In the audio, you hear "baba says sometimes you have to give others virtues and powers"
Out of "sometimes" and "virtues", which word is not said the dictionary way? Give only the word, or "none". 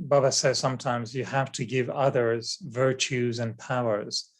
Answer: none